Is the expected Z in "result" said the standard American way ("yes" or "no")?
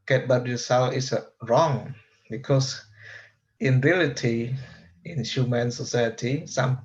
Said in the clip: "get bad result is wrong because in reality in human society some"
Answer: no